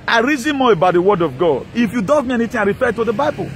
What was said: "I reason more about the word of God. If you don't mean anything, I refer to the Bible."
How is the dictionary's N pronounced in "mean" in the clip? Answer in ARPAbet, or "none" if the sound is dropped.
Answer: none